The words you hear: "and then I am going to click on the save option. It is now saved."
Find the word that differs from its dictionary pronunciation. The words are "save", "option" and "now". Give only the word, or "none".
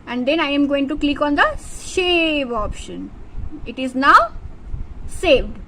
save